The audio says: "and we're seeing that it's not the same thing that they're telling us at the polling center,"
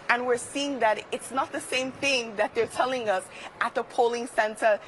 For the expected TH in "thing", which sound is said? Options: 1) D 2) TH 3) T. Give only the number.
2